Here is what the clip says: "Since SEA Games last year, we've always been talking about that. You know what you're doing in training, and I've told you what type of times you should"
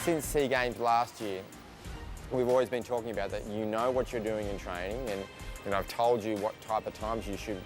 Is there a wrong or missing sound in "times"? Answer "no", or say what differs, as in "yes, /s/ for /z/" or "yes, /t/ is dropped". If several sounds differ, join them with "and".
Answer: no